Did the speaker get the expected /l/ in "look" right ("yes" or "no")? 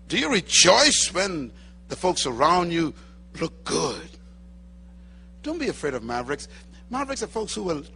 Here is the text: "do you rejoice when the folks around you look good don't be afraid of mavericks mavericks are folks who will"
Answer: yes